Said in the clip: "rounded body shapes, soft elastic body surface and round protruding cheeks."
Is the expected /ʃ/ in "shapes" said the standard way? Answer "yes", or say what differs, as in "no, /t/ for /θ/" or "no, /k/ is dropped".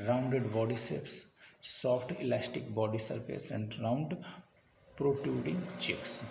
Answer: no, /s/ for /ʃ/